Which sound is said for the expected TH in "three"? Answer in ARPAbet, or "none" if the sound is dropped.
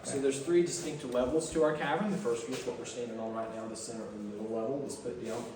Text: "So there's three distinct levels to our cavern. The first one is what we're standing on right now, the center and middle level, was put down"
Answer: TH